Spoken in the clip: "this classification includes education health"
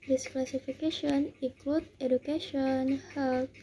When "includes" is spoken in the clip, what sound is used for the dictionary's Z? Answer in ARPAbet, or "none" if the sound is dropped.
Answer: none